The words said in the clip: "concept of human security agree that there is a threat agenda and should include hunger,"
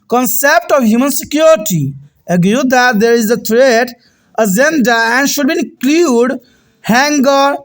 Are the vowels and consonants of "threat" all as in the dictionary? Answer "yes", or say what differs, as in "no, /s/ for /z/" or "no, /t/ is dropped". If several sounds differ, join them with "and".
no, /t/ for /θ/